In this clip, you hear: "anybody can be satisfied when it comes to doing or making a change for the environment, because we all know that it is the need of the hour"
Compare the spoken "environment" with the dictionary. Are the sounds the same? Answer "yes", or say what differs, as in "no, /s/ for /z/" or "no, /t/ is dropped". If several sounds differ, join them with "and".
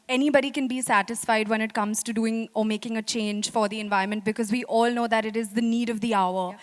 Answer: no, /ɹ/ is dropped